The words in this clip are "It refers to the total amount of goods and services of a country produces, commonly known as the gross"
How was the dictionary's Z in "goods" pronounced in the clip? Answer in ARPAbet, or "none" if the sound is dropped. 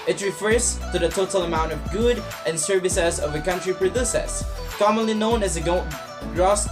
none